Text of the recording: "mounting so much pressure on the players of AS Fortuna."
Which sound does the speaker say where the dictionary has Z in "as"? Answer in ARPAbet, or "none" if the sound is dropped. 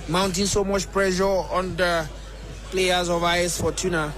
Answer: S